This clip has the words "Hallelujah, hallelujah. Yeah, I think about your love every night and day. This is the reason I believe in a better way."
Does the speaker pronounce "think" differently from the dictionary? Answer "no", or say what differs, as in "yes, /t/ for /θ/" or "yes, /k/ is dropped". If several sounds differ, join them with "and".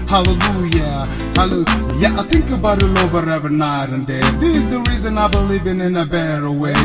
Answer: no